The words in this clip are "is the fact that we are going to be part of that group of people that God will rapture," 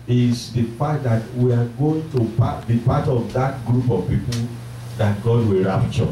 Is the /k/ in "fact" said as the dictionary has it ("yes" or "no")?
no